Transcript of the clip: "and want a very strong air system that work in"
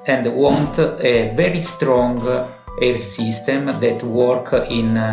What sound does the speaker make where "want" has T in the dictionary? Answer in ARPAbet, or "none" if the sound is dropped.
T